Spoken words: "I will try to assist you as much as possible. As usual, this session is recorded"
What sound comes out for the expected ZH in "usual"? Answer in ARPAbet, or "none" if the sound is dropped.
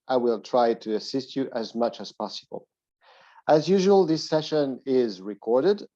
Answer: ZH